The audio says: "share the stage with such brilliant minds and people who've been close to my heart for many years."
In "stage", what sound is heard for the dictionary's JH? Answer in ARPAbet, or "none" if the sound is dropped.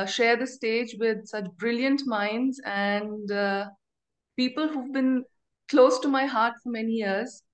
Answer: JH